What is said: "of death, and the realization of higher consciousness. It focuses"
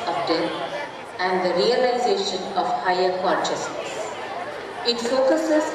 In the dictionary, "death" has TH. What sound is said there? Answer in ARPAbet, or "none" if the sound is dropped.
T